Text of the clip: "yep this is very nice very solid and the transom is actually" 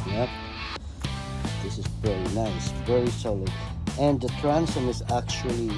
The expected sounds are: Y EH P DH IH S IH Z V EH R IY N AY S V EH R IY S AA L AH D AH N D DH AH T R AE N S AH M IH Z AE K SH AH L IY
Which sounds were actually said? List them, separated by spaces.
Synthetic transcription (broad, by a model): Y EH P DH IH S IH Z V EH R IY N AY S V EH R IY S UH L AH AH N DH AH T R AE N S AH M IH Z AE K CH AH L IY